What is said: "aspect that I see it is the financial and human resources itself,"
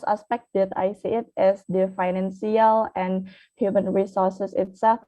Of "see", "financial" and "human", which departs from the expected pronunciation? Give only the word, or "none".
financial